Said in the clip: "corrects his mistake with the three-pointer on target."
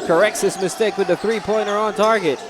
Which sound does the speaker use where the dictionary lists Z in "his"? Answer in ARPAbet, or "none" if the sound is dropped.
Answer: S